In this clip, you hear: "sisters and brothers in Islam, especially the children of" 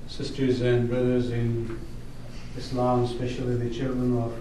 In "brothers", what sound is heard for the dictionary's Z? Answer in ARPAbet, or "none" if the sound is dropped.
Z